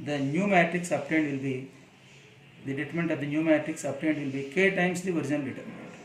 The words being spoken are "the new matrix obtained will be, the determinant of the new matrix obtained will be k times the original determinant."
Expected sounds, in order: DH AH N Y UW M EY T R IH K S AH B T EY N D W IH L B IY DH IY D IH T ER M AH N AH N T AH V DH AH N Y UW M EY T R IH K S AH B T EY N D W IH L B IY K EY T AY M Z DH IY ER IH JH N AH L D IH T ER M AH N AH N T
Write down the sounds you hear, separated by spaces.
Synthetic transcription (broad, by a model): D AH N Y UW M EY T R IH K S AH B T EY N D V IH L B IY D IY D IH T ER M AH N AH N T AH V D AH N Y UW M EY T R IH K S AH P T EY N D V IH L B IY K EY T AY M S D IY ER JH AH N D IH T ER M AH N N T